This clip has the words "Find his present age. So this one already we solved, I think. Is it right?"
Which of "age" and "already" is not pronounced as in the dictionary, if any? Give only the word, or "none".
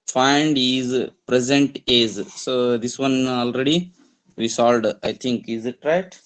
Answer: age